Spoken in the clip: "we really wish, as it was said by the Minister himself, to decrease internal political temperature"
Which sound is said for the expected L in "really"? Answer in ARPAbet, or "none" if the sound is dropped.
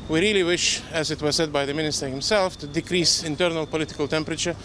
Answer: L